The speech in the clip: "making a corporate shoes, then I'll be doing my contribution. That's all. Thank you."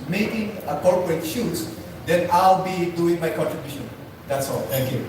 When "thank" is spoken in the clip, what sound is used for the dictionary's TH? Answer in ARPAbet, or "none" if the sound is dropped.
T